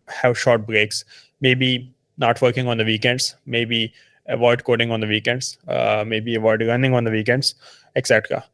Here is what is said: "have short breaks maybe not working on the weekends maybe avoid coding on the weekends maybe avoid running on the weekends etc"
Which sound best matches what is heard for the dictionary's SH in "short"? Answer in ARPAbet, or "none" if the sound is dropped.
SH